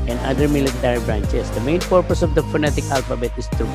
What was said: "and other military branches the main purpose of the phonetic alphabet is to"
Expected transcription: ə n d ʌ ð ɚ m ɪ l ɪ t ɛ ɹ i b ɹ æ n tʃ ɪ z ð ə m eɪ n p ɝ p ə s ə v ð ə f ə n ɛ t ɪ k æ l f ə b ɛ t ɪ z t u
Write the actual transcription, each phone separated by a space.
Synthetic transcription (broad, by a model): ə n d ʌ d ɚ m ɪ l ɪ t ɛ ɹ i b ɹ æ n tʃ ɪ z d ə m eɪ n p ɝ p ə s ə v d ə f ə n ɛ t ɪ k æ l f ə b ɛ t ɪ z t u